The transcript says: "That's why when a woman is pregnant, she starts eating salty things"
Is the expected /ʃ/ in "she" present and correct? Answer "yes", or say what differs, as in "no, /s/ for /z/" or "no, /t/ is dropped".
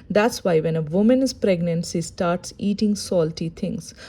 no, /s/ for /ʃ/